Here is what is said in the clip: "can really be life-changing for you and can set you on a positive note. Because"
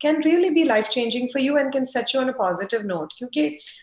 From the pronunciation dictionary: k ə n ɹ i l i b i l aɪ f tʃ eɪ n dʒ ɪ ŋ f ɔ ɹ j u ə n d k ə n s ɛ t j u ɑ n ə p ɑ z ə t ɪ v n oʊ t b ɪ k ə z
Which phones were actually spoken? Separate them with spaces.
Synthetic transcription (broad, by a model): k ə n ɹ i l i b i l aɪ f tʃ eɪ n dʒ ɪ ŋ f ɔ ɹ j u ə n d k ə n s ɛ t j u ɑ n ə p ɑ z ə t ɪ v n oʊ t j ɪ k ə